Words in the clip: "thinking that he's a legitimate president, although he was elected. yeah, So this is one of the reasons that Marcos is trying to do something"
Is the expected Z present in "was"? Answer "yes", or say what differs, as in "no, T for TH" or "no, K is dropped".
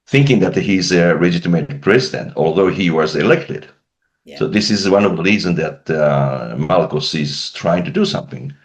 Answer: yes